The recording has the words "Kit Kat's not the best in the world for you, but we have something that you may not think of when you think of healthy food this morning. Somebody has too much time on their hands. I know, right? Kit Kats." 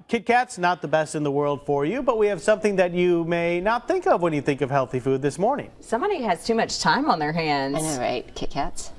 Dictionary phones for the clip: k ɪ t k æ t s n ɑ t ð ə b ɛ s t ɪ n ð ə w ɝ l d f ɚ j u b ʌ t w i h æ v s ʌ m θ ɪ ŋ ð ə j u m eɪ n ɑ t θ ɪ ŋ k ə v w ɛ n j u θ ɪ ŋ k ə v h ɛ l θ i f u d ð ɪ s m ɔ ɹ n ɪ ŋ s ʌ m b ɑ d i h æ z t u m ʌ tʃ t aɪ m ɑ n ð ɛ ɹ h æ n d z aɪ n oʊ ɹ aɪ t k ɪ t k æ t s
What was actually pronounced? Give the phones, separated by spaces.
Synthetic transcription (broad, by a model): k ɪ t k æ t s n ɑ t ð ə b ɛ s t ɪ n ð ə w ɝ l d f ɚ j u b ʌ t w i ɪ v s ʌ m θ ɪ ŋ ð ə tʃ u m eɪ n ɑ t θ ɪ ŋ k ə v w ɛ n j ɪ θ ɪ ŋ k ə v h ɛ l θ i f u d ð ɪ s m ɔ ɹ n ɪ ŋ s ʌ m b ɑ d i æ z t u m ʌ tʃ t aɪ m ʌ n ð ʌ ɹ h æ n d z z ɹ aɪ t k ɪ t k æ t s